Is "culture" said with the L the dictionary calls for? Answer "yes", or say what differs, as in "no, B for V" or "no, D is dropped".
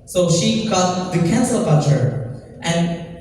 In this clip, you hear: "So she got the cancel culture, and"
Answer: no, L is dropped